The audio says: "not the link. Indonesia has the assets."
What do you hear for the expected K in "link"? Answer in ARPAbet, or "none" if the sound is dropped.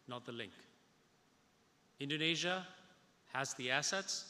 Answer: K